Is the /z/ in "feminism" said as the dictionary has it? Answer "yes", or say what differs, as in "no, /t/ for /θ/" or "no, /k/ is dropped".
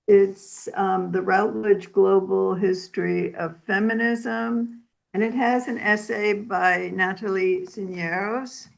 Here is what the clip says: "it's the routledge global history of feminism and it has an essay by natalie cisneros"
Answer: yes